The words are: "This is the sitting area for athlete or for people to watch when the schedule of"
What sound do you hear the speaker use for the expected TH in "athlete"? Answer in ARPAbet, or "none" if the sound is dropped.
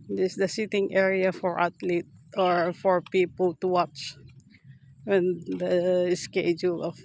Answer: T